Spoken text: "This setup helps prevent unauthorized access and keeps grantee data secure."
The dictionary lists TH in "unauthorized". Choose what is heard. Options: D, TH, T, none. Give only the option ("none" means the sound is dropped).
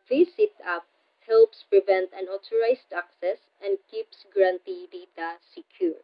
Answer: T